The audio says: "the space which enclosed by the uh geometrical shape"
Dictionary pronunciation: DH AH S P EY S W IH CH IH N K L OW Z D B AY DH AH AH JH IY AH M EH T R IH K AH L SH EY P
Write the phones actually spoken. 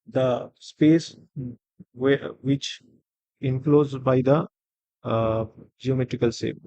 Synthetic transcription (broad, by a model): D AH S P EY S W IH CH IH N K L OW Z B AY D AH AH JH IY AH M EH T R IH K AH L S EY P